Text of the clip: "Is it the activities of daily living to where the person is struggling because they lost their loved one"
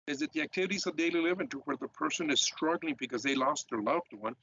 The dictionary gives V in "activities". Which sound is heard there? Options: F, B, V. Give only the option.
V